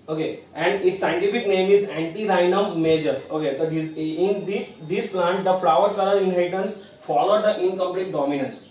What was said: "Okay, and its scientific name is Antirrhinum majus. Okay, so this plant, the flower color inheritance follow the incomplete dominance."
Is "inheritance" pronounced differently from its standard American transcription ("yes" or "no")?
yes